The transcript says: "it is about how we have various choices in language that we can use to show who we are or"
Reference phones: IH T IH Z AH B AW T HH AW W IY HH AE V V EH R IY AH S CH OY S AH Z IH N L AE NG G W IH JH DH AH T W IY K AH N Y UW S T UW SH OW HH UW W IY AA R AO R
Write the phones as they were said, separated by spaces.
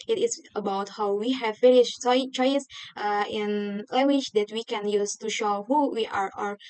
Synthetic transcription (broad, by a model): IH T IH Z AH B AW T HH AW W IY HH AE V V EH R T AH CH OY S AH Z IH N L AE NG G W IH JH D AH T W IY K AH N Y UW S T UW SH OW HH UW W IY AA R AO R